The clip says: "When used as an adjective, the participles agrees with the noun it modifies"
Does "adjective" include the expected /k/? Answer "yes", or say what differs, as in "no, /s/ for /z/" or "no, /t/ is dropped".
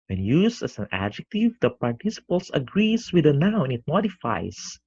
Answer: yes